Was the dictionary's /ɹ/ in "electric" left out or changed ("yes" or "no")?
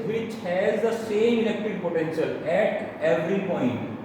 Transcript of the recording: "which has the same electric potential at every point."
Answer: yes